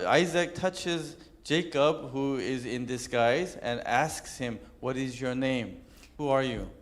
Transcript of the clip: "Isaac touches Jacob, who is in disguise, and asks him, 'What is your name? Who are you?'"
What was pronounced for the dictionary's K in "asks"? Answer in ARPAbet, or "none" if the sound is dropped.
K